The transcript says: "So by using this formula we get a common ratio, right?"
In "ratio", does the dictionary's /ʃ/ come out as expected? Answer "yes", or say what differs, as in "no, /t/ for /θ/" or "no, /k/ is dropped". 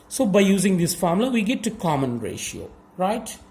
yes